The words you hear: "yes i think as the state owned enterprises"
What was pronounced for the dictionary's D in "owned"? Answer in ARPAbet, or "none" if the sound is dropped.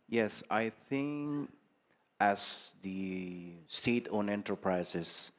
none